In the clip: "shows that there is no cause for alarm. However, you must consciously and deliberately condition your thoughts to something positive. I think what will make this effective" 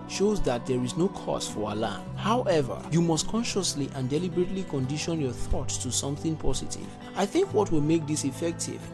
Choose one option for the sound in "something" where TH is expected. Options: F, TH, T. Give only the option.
TH